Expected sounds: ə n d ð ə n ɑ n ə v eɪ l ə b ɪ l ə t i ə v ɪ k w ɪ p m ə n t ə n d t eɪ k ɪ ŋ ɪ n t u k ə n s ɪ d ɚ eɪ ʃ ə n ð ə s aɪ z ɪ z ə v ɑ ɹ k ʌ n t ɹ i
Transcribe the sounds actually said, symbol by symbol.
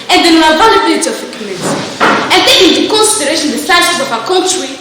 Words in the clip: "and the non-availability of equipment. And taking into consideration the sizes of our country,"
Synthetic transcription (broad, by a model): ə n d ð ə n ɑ ə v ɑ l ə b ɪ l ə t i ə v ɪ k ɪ m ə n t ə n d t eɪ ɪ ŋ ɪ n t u k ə n s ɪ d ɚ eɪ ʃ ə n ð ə s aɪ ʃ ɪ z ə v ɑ k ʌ n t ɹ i